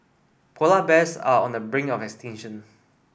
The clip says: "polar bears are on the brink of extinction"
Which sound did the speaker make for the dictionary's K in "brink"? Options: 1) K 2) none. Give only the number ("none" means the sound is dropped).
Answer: 2